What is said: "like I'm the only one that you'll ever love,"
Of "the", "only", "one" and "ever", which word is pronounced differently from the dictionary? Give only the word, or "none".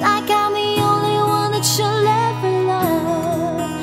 ever